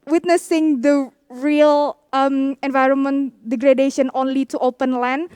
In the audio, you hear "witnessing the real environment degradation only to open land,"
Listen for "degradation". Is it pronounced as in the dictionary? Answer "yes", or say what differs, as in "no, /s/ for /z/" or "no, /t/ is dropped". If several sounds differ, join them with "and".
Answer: yes